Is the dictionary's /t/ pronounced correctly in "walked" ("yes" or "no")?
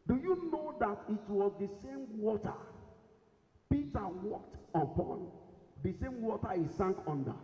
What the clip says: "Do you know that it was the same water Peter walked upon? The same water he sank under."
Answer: yes